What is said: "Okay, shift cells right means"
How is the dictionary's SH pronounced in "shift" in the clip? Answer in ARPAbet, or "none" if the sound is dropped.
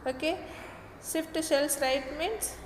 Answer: S